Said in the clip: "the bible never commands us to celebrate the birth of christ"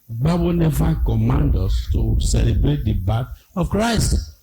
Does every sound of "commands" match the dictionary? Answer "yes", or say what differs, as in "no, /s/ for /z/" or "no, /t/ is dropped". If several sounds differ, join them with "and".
no, /z/ is dropped